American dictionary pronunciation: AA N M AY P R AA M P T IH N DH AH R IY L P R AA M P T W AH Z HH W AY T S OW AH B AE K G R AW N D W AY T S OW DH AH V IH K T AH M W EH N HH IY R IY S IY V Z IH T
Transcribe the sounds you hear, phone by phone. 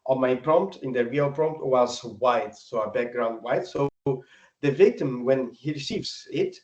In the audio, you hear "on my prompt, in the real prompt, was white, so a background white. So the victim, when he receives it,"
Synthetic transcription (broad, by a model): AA M AY P R AA M P T IH N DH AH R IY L P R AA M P T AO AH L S W AY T S OW AH B AE K G R AW N D W AY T S OW DH AH V IH K T AH M W EH N HH IY R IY S IY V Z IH T